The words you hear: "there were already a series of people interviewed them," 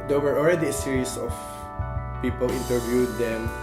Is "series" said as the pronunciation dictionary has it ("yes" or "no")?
no